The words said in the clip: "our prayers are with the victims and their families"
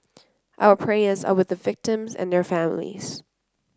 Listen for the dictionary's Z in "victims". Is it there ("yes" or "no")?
yes